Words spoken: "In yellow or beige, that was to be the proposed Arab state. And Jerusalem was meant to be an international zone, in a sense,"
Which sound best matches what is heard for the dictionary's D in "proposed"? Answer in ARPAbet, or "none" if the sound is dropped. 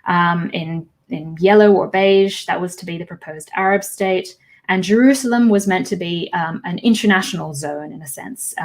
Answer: D